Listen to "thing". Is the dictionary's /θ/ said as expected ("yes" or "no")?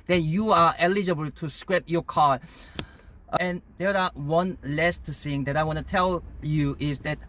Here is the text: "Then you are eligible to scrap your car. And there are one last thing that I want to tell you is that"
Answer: no